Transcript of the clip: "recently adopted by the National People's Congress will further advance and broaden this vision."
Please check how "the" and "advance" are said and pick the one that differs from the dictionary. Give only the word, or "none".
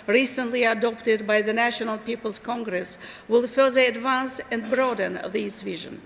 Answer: none